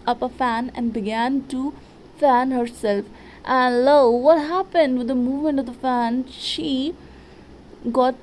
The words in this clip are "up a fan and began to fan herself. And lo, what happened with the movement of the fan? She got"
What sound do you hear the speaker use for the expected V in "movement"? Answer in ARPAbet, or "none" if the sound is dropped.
V